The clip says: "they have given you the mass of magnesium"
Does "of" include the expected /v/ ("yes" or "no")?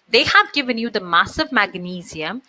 yes